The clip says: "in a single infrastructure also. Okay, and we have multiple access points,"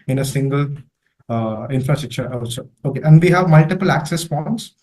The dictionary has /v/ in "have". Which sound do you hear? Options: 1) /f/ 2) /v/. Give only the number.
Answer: 2